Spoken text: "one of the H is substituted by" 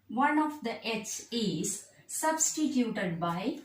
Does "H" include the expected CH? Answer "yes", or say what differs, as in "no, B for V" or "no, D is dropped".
no, S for CH